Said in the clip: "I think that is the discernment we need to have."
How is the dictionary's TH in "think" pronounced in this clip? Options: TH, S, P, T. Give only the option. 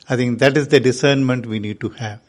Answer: T